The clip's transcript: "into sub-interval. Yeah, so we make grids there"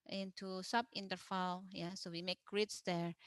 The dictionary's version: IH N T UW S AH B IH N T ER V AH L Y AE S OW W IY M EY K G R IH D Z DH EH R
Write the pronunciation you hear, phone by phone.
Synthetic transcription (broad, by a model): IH N T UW S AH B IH N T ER F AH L Y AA S OW W IY M EY K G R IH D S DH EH R